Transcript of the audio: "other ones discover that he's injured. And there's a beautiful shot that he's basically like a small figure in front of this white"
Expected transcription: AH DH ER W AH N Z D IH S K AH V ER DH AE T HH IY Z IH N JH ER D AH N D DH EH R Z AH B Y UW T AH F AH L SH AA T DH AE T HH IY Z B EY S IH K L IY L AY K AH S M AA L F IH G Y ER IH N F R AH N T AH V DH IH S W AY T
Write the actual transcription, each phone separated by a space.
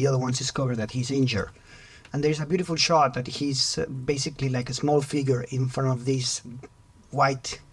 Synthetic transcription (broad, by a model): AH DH ER W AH N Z D IH S K AH V ER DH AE T HH IY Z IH N JH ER AH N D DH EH R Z AH B Y UW T AH F AH L SH AA T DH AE T HH IY Z B EY S IH K L IY L AY K AH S M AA L F IH G Y ER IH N F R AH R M AH V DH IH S W AY T